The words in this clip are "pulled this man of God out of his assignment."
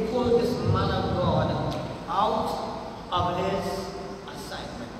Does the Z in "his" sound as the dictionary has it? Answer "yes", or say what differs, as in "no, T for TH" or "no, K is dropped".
no, S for Z